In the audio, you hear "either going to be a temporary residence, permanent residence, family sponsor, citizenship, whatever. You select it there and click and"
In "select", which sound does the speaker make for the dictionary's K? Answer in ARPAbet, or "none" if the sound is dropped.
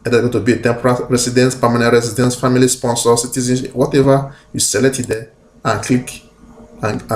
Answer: none